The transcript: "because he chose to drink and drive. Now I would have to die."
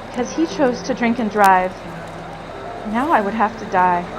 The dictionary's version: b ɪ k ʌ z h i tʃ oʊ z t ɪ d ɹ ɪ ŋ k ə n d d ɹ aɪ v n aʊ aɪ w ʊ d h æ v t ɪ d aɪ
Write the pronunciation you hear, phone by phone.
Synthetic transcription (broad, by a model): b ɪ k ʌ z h i tʃ oʊ z t ɪ d ɹ ɪ ŋ k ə n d d ɹ aɪ v n aʊ aɪ w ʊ d h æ f t ɪ d aɪ